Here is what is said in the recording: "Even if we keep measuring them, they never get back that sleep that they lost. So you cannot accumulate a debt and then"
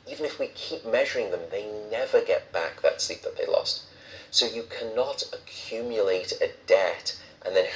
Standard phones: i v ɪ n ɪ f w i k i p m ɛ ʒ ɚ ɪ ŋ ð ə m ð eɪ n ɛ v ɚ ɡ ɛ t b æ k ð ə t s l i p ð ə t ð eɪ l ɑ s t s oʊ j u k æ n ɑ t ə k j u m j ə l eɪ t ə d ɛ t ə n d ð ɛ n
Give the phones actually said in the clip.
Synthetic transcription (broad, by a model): i v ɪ n ɪ f w i k i p m ɛ ʒ ɚ ɪ ŋ ð ə m ð eɪ n ɛ v ɚ ɡ ɛ t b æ k ð ə t s l i p ð ə t ð eɪ l ɑ s t s oʊ j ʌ k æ n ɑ t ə k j u m j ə l eɪ t ə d ɛ t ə n ð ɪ n